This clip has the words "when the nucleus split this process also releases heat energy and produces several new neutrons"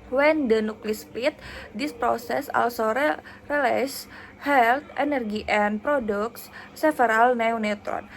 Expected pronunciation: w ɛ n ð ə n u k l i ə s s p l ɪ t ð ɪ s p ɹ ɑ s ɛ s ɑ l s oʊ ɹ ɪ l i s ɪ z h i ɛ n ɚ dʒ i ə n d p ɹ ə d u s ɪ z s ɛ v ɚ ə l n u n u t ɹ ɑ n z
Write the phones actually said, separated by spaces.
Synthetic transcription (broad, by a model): w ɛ n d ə n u k l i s s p ɪ t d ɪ s p ɹ ɑ s ɛ s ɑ l s oʊ ɹ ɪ l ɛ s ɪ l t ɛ n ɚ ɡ i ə n p ɹ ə d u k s s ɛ f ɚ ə l n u n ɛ t ɹ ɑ n